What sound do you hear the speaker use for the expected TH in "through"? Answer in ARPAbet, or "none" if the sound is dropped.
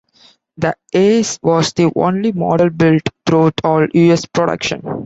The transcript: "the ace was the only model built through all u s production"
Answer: T